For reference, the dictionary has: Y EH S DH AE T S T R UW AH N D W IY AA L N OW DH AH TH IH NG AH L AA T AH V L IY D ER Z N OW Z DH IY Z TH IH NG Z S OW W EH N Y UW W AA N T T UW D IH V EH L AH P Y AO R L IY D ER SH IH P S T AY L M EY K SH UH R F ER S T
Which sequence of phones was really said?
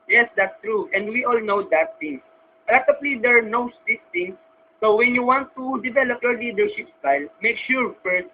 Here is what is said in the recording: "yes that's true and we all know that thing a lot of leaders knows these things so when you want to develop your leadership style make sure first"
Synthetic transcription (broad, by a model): Y EH S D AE T S T R UW AH N D W IY AA L N OW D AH T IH NG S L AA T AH P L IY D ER N OW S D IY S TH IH NG S OW W EH N Y UW W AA N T T UW D IH V EH L AH P Y AO R L IY D ER SH IH P S T AY L M EY K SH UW R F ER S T